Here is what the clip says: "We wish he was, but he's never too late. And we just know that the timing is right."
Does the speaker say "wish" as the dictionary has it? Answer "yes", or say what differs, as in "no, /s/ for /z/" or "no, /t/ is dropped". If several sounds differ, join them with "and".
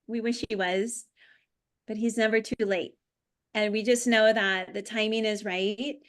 yes